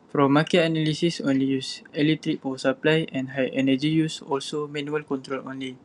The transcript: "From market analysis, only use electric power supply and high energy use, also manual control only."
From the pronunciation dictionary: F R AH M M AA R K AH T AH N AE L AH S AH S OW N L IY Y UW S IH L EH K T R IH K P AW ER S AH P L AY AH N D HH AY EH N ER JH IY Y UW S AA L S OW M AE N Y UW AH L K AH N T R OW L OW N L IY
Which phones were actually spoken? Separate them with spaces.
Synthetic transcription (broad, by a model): F R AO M M AA K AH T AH N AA L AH S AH S OW N L IY Y UW S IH L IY T R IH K F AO S AH P L AY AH N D HH AY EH N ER JH IY Y UW S AA L S OW M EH N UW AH L K AH N T R OW L OW N L IY